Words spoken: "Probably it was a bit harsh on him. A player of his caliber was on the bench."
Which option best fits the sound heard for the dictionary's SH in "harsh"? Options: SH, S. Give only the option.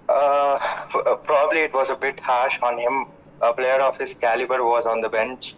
SH